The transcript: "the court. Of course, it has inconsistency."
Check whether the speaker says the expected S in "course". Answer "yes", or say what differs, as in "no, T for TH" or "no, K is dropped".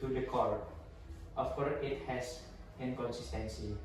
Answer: no, S is dropped